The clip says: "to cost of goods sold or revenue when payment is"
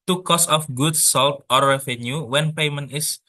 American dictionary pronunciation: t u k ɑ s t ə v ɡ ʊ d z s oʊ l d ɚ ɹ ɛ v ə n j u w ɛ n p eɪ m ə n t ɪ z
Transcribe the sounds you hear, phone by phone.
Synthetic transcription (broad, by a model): t u k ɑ s ə f ɡ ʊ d s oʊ l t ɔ ɹ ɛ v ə n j u w ɛ n p eɪ m ə n t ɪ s